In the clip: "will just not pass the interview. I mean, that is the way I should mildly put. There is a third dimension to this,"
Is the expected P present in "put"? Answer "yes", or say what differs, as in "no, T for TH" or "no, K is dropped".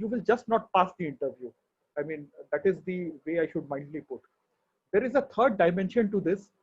yes